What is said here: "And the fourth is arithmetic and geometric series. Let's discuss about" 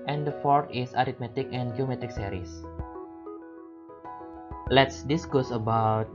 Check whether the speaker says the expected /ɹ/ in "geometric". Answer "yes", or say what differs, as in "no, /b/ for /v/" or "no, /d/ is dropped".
no, /ɹ/ is dropped